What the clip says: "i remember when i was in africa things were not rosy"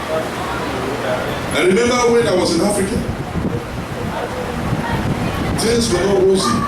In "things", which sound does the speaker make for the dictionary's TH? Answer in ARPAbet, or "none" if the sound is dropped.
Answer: T